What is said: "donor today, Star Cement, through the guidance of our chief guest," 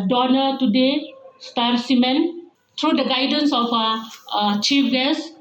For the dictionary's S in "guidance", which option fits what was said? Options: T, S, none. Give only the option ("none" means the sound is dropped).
S